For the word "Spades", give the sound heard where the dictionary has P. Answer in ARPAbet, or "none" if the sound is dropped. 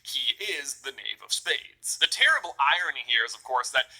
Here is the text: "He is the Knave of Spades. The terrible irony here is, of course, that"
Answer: P